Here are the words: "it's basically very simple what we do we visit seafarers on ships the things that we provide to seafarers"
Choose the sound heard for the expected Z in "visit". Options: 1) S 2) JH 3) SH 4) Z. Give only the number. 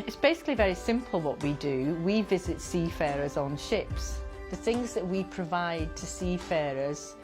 4